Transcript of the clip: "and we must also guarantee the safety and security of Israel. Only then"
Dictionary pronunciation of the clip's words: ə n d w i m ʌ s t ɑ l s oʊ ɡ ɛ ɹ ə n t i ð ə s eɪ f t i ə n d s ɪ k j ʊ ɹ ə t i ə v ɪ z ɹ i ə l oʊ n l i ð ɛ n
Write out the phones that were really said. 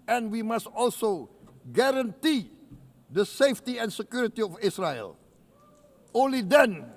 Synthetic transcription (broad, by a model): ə n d w i m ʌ s t ɑ l s oʊ ɡ ɛ ɹ ə n t i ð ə s eɪ f t i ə n s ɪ k j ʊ ɹ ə t i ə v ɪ s ɹ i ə l oʊ n l i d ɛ n